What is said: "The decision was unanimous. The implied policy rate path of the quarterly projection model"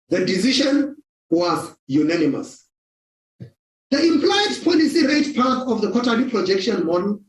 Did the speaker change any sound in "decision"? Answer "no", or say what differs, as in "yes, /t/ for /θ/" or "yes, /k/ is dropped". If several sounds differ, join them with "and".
yes, /ʃ/ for /ʒ/